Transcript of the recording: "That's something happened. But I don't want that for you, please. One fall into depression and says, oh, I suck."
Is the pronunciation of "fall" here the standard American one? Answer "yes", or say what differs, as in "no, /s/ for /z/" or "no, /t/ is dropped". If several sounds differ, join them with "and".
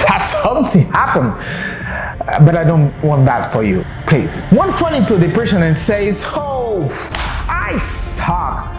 no, /n/ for /l/